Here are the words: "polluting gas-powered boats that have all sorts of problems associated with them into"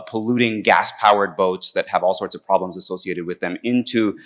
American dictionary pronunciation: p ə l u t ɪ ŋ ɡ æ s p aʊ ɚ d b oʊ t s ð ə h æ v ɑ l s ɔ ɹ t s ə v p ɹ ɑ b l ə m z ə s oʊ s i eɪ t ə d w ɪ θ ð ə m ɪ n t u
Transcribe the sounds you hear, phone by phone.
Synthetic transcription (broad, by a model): p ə l u t ɪ ŋ ɡ æ s p aʊ ɚ d b oʊ t s ð ə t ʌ v ɑ l s ɔ ɹ t s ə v p ɹ ɑ b l ə m z ə s oʊ s i eɪ t ə d w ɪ ð ə m ɪ n t u